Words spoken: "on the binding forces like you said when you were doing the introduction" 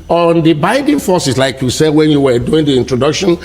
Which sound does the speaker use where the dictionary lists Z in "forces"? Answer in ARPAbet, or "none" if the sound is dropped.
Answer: S